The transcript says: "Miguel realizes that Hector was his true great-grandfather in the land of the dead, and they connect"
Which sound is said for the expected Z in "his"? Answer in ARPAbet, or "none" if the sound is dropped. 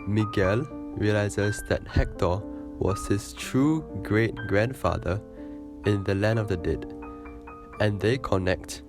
S